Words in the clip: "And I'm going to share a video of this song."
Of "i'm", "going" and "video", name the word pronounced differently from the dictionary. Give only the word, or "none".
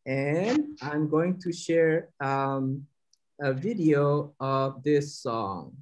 none